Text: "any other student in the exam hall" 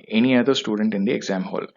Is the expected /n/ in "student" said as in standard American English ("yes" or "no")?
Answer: yes